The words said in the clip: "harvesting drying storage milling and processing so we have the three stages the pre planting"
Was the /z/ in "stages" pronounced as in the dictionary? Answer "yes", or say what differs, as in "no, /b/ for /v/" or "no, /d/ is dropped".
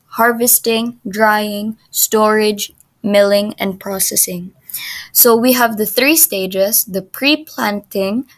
no, /s/ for /z/